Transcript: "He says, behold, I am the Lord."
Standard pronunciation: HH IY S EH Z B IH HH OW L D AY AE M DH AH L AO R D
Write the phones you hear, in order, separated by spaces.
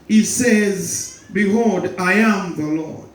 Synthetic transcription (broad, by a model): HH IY S EH Z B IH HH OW D AY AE M DH AH L AO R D